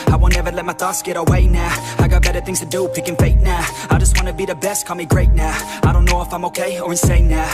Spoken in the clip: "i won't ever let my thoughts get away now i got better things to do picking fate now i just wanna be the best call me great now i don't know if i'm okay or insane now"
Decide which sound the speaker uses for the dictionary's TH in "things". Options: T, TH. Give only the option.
TH